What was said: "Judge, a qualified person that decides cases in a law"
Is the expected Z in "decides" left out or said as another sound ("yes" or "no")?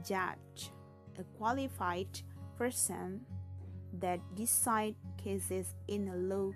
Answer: yes